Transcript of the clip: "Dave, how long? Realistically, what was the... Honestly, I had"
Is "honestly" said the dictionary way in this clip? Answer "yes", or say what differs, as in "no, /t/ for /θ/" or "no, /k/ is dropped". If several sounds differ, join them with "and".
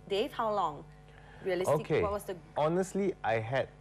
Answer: yes